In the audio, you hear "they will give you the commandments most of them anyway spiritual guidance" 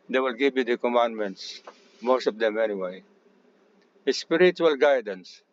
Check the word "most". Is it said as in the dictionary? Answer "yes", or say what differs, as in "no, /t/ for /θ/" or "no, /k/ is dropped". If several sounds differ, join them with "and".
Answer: yes